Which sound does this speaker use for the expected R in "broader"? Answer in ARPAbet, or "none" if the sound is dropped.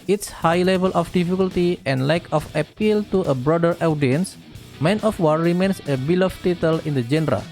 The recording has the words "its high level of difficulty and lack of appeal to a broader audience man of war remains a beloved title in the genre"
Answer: R